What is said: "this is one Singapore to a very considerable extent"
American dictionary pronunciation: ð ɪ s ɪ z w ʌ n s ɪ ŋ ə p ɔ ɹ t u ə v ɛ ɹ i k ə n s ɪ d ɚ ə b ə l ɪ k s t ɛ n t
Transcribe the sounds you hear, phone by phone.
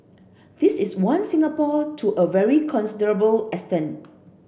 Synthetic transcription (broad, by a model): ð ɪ s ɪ s w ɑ n s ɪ ŋ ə p ɔ t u ə v ɛ ɹ i k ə n s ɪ d ɚ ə b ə l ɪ s t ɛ n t